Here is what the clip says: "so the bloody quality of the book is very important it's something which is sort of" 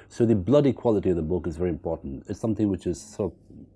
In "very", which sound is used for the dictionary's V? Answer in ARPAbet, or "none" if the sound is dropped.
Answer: V